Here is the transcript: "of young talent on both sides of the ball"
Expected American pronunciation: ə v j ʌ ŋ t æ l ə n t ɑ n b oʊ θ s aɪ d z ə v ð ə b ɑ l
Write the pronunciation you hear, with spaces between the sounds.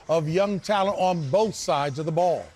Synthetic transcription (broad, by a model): ə v j ʌ ŋ t æ l ə n t n b oʊ θ s aɪ d z ə v ð ə b ɑ l